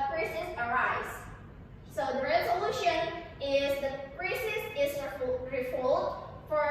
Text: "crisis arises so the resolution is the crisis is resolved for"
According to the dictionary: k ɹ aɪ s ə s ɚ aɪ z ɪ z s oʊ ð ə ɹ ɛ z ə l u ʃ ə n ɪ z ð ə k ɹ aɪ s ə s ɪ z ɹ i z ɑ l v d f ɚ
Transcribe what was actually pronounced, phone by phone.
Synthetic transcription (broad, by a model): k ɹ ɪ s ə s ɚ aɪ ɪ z s oʊ ð ə ɹ ɛ z ə l u ʃ ə n ɪ z ð ə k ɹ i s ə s ɪ z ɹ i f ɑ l d f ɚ